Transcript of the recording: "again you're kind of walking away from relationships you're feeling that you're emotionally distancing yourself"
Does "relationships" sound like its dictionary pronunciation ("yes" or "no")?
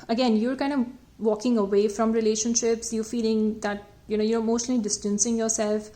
yes